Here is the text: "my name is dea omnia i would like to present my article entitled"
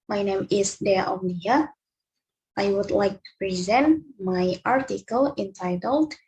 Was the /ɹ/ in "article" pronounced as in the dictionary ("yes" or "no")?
yes